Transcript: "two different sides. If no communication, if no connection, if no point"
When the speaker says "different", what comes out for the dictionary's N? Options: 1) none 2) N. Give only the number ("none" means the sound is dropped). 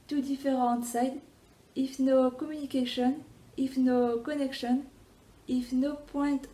1